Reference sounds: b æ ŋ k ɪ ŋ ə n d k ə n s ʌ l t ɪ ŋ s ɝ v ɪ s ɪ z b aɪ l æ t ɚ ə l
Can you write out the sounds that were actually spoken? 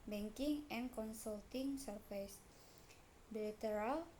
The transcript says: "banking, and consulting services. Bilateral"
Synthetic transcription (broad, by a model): b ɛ ŋ k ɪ ŋ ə n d k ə n s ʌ l t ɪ ŋ s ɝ f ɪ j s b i l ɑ t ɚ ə l